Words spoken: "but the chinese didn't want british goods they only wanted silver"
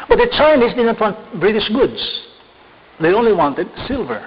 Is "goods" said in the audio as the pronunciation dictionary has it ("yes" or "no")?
no